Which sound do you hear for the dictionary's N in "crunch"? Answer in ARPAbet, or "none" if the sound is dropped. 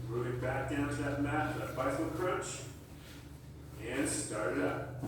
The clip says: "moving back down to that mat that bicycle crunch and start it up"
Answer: none